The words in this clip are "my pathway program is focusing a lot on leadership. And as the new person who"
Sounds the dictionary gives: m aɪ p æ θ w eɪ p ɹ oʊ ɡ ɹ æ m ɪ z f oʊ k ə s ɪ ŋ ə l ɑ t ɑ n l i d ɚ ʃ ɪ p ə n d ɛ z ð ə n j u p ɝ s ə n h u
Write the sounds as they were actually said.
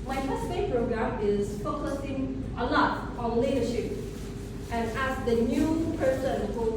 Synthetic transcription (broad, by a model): m aɪ f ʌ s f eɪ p ɹ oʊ ɡ ɹ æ m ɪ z f oʊ k ə s ɪ ŋ ə l ɑ t ɑ n l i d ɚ ʃ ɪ p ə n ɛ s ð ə n j u p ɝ s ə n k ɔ